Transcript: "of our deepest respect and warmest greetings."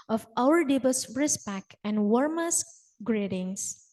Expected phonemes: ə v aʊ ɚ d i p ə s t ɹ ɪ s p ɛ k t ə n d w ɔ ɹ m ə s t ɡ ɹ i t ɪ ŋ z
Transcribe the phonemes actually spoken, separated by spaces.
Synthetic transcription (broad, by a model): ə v aʊ ɚ d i b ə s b ɹ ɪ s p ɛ k ə n d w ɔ ɹ m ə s ɡ ɹ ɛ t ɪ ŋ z